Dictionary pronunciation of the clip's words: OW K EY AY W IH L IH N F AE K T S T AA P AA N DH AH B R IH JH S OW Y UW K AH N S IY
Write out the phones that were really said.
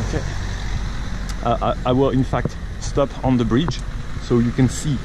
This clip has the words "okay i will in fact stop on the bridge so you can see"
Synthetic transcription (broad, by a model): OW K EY AY W IH L IH N F AE K T S T AA P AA N DH AH B R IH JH S OW Y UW K AH N S IY